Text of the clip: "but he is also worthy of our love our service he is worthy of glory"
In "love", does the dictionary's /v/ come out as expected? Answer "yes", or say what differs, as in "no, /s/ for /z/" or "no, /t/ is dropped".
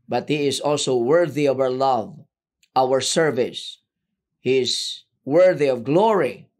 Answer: yes